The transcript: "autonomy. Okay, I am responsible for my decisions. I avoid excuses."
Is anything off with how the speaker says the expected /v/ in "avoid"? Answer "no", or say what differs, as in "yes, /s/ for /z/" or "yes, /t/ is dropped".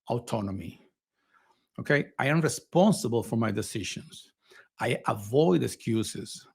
no